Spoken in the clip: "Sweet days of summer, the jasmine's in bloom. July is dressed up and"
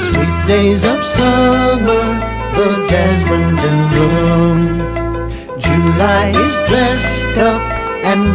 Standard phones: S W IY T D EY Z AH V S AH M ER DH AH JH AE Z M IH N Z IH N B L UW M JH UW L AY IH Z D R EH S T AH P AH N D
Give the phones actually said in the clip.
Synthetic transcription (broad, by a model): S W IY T D EY Z AH V S AH M ER DH AH JH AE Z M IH N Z IH N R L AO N JH UW L AY IH Z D R EH S T AH P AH N